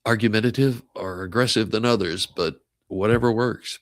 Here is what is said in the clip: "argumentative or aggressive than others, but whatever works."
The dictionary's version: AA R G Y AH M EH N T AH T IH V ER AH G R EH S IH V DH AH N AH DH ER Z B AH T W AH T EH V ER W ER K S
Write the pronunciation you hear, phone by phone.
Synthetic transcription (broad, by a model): AA R G Y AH M EH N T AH T IH V ER AH G R EH S IH V DH AH N AH DH ER Z B AH T W AH T EH V ER W ER K S